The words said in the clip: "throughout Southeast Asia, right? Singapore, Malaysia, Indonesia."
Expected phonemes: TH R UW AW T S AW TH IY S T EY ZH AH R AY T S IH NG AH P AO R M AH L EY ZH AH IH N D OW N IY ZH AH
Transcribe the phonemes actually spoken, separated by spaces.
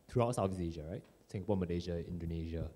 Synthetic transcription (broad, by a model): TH R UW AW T S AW F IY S EY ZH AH R AY T S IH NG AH P AO M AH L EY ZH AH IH N D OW N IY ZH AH